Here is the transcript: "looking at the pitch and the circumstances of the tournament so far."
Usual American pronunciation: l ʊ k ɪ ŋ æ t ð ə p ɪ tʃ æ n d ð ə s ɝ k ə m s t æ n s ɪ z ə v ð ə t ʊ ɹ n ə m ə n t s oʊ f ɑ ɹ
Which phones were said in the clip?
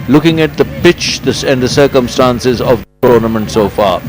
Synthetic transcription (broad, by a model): l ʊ k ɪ ŋ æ t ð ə p ɪ tʃ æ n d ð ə s ɝ k ə m s t æ n s ɪ z ə v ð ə t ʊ ɹ n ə m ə n t s oʊ f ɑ ɹ